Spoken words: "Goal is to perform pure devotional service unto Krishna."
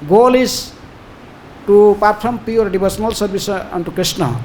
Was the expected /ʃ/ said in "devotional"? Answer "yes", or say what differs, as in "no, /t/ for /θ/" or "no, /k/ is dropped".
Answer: no, /s/ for /ʃ/